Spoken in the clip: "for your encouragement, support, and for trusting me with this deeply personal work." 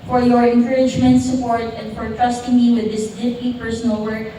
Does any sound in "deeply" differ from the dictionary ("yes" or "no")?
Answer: yes